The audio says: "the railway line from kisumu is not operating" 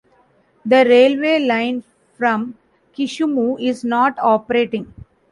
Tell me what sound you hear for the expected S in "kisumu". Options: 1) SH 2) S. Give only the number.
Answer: 1